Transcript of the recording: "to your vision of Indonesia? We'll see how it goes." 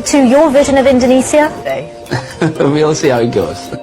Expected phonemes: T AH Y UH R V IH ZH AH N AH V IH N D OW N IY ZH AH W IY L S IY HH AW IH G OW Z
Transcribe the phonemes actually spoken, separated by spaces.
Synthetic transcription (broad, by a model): T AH Y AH V IH ZH AH N AH V IH N D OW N IY S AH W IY L S IY HH AW IH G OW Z